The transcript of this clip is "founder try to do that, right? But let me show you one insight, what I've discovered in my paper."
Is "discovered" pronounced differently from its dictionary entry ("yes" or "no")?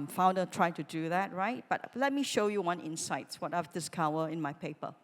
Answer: yes